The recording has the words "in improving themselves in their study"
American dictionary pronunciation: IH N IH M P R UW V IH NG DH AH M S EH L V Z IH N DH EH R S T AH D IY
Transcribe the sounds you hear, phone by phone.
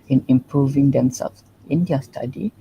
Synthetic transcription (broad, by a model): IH N IH M P R UW V IH NG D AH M S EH L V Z IH N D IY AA S T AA D IY